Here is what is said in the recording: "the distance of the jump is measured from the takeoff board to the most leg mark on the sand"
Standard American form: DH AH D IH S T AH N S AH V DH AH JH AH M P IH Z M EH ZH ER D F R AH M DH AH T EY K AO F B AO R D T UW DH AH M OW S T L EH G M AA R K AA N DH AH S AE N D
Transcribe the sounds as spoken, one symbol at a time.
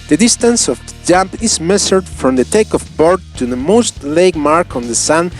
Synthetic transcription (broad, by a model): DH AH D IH S T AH N S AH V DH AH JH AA M P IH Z M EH S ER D F R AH M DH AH T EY K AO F B AO R D T UW DH AH M OW S T L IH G M AA R K AA N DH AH S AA N